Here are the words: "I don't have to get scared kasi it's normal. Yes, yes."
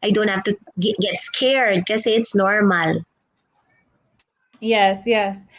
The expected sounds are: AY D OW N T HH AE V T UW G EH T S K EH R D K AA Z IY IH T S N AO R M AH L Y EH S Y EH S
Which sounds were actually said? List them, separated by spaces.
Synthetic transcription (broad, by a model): AY D OW N T HH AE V T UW G EH T S K EH R D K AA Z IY IH T S N AO R M AH L Y EH S Y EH S